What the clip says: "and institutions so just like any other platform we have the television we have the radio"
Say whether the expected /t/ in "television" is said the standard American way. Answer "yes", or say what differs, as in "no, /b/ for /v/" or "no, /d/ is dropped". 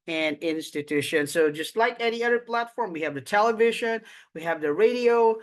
yes